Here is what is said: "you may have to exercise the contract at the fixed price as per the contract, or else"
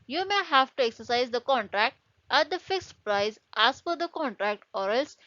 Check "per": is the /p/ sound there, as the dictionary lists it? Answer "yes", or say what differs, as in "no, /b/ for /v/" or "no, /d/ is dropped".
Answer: no, /f/ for /p/